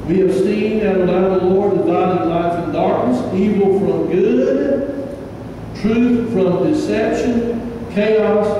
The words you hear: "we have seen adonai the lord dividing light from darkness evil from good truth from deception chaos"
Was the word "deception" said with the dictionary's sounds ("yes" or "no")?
yes